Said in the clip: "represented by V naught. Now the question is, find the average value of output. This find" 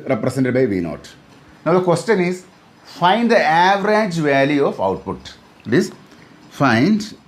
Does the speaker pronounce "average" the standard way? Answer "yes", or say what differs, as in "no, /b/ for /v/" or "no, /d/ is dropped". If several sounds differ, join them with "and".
yes